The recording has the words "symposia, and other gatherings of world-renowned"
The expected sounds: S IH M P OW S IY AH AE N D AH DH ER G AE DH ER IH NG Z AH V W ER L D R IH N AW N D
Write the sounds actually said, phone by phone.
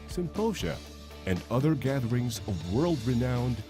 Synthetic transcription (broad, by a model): S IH M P OW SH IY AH N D AH DH ER G AE DH ER IH NG Z AH V W ER L D R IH N AW N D